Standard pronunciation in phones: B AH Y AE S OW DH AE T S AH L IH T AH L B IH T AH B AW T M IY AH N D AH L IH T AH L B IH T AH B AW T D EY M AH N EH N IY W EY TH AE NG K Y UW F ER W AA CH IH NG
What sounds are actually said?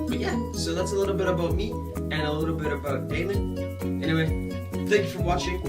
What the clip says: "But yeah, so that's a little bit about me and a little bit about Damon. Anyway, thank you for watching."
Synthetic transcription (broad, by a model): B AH Y AE S OW DH AE T S AH L IH T L B IH T AH B AW T M IY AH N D AH L IH T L B IH T AH B AW T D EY M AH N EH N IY W EY TH AE NG K Y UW F ER W AA CH IH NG